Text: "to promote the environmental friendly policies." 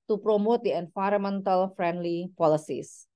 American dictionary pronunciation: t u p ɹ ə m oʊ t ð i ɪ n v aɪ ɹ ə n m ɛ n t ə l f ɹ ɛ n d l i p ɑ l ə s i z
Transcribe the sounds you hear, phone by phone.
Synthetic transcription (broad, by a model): t u p ɹ ə m oʊ t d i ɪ n f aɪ ɹ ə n m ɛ n t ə l f ɹ ɛ n d l i p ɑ l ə s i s